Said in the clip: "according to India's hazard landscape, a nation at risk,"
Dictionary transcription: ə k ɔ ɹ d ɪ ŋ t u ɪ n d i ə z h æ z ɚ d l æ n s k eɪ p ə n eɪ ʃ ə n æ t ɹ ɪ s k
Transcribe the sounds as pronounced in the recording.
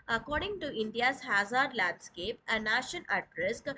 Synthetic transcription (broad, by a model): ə k ɔ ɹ d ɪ ŋ t u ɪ n d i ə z h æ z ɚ d l æ n s k eɪ p ə n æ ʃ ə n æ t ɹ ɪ s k